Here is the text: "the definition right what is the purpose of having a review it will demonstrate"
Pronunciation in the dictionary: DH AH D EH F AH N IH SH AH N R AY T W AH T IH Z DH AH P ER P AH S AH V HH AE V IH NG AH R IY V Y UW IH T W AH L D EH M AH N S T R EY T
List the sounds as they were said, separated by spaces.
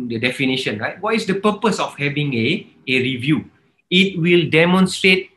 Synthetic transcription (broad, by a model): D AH D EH F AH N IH SH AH N R AY T W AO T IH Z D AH P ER P AH S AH F HH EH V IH NG AH R IY V Y UW IH T W AH L D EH M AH N S T R EY T